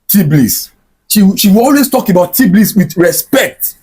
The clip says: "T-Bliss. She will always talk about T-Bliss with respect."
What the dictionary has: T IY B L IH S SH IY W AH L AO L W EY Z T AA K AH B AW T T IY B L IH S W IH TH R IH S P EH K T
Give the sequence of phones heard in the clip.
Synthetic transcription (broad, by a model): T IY B L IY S SH IY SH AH W AO L W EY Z T AA K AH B AW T T IY B L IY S W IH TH R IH S P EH K T